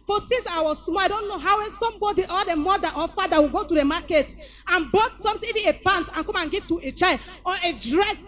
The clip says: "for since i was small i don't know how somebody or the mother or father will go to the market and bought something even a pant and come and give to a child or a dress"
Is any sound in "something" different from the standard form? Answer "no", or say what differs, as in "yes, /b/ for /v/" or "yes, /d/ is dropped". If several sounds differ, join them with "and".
yes, /t/ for /θ/